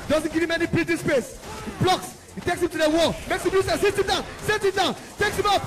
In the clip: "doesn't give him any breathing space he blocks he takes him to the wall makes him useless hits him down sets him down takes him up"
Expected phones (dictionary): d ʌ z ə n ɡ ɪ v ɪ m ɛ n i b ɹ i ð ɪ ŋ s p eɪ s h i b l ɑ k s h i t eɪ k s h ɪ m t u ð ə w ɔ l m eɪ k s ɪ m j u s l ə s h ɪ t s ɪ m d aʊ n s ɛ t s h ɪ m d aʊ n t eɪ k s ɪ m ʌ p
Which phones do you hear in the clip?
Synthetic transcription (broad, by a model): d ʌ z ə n ɡ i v ɪ m ɛ n i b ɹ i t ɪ s p eɪ s h i b l ɑ k s h i t eɪ k s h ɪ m t u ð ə w ɔ m eɪ k s ɪ m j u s ə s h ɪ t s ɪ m d aʊ n s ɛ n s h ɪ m d aʊ n t eɪ k s ɪ m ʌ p